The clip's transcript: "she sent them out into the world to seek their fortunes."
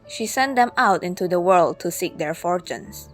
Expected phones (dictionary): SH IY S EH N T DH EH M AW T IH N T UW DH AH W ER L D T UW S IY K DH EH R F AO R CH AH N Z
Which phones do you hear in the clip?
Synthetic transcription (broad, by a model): SH IY S EH N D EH M AW T IH N T UW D AH W ER L D T UW S IY K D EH R F AO R CH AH N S